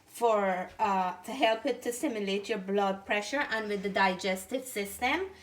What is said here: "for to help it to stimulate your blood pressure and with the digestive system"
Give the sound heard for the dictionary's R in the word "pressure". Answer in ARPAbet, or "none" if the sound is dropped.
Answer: R